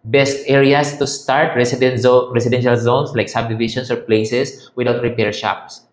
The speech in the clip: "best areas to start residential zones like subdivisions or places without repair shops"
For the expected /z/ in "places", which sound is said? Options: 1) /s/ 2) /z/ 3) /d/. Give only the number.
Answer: 1